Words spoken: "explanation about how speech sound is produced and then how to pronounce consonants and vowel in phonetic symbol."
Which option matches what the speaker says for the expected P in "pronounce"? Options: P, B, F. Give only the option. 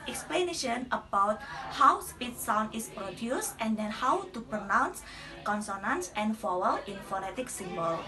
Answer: P